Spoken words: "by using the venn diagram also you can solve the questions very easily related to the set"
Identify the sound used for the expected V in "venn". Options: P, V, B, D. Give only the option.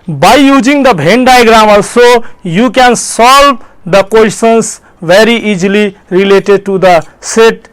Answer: B